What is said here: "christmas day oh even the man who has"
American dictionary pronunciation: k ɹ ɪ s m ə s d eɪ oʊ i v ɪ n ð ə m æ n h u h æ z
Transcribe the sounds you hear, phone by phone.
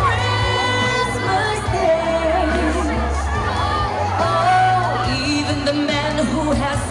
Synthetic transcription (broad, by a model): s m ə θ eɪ oʊ i v ɪ n ð ə m æ n h u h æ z